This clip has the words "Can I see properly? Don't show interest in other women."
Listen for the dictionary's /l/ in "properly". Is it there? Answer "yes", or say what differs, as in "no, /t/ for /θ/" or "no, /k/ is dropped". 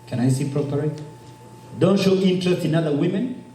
no, /l/ is dropped